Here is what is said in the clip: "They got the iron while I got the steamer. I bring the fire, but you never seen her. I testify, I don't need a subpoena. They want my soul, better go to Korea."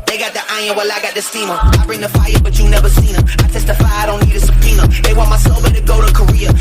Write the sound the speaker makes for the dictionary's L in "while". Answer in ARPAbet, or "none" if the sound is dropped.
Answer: L